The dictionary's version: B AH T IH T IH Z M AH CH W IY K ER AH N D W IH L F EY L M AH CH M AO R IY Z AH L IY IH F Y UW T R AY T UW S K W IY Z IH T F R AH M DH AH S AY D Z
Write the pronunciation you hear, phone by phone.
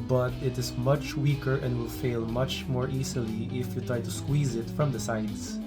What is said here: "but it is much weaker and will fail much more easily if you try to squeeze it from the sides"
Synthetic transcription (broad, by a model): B AH T IH T IH Z M AH CH W IY K ER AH N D W IH L F EY L M AH CH M AO R IY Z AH L IY IH F Y UW T R AY T UW S K W IY Z IH T F R AH M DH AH S AY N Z